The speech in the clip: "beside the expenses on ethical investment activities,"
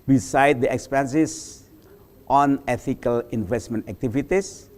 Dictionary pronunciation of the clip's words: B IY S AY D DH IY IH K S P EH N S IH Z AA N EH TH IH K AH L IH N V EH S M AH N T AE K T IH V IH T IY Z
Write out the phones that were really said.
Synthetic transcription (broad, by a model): B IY S AY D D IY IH K S P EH N S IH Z AA N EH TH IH K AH L IH N V EH S M AH N T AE K T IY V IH T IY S